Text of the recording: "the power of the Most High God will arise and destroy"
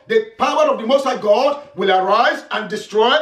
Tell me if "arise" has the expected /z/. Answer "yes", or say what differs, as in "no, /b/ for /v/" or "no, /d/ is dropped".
yes